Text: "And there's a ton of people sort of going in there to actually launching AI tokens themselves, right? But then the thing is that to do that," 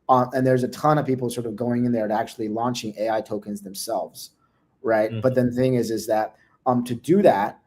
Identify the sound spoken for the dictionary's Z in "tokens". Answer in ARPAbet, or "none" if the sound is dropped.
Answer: Z